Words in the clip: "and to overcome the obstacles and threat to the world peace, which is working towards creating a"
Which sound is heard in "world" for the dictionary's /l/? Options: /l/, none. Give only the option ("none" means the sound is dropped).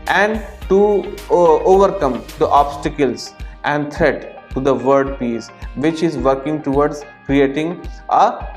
none